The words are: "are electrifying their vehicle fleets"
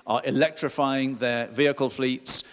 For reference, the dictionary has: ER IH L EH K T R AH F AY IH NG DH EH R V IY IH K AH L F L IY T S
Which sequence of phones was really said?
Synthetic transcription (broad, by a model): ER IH L EH K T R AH F AY IH NG DH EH V IY IH K AH L F L IY T S